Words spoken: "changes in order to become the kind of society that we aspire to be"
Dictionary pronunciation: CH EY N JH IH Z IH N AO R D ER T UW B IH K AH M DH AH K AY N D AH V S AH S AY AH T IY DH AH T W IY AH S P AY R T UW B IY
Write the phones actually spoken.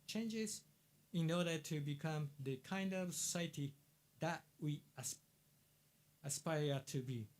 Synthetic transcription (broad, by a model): CH EY N JH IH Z IH N AO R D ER T UW B IH K AH M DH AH K AY N D AH V S AH S AY AH T IY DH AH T W IY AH S P AY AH T UW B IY